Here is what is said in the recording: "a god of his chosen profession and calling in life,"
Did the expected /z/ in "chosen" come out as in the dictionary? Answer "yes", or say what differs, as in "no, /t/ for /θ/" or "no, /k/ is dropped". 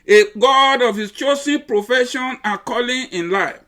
no, /s/ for /z/